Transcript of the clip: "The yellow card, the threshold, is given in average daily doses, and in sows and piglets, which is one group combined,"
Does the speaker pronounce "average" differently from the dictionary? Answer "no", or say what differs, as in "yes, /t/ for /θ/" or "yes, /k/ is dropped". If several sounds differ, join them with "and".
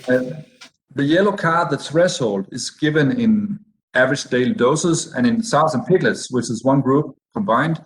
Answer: no